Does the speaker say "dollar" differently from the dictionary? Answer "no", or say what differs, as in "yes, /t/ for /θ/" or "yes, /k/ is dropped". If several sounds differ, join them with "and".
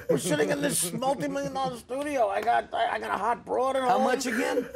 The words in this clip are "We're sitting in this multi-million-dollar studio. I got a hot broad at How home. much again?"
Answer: yes, /l/ is dropped